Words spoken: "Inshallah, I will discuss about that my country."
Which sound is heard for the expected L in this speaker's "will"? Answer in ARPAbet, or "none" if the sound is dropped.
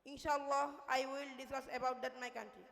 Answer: L